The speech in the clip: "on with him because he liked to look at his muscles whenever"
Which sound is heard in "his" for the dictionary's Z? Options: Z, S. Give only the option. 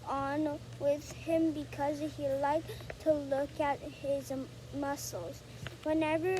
Z